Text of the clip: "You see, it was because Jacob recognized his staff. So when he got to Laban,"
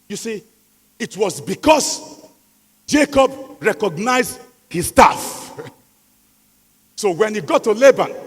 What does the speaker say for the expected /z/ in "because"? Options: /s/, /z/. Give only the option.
/s/